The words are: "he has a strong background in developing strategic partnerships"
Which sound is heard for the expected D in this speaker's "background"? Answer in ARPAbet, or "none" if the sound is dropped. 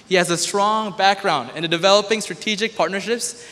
D